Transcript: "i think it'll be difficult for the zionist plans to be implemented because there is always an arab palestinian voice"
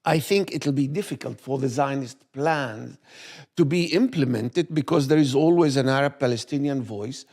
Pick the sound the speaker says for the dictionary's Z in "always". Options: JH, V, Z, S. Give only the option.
Z